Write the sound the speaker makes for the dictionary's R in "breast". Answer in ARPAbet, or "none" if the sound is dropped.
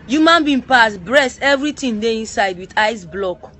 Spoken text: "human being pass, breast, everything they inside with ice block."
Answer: R